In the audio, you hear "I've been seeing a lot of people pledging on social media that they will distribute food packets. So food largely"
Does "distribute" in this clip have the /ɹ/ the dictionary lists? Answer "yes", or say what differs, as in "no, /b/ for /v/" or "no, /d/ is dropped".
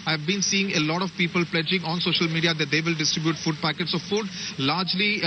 yes